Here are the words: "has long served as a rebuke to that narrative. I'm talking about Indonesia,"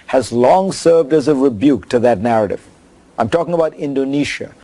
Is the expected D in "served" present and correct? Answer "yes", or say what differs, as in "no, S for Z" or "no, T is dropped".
yes